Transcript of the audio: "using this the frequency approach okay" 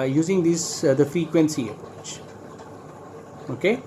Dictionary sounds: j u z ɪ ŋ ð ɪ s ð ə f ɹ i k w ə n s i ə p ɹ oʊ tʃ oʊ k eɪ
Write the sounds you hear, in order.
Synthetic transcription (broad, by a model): j u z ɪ ŋ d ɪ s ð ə f ɹ i k w ə n s i ə p ɹ oʊ tʃ oʊ k eɪ